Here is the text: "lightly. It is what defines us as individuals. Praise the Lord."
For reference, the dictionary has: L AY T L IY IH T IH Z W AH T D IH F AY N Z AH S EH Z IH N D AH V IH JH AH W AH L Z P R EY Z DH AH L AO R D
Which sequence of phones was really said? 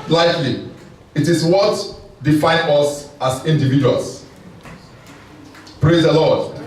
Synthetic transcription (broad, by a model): L AY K L IY IH T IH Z W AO T D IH F AY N AH S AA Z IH N D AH V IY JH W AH L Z P R EY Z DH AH L AO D